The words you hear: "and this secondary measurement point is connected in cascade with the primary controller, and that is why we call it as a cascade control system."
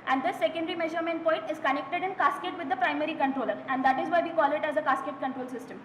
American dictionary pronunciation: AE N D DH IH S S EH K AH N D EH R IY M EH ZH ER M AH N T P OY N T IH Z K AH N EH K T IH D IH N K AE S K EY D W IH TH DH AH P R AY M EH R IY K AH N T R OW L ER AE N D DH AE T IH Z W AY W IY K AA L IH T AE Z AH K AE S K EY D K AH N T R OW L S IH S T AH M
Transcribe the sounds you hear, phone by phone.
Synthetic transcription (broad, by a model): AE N D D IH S S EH K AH N D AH R IY M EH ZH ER M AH N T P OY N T IH Z K AH N EH K T IH D IH N K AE S K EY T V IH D AH P R AY M EH R IY K AH N T R OW L ER AE N D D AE T IH Z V AY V IY K AA L IH T AE Z AH K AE S K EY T K AH N T R OW L S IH S T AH M